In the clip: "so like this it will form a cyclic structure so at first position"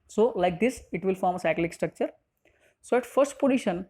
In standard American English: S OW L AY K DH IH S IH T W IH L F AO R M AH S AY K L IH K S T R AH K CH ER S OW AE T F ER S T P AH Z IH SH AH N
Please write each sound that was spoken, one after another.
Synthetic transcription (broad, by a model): S OW L AY K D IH S IH T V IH L F AO R M AH S AY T L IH K S T R AH K CH ER S OW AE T F ER S T P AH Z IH SH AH N